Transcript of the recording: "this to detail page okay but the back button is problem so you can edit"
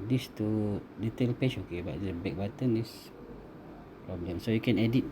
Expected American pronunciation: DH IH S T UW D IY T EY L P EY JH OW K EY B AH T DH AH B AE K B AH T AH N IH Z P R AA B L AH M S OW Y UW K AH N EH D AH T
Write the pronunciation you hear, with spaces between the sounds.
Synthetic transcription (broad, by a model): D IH S T UW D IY T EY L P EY SH OW K EY B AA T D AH B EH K B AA T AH N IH S P R AA B L AH M S OW Y UW K AH N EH D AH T